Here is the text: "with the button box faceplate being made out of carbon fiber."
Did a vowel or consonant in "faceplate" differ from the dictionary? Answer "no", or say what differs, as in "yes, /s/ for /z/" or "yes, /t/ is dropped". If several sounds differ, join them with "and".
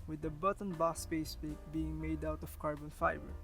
yes, /p/ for /f/ and /l/ is dropped